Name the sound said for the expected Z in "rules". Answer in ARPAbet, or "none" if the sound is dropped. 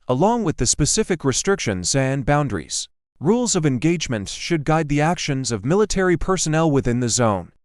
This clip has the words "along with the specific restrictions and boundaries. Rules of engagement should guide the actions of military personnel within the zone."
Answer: Z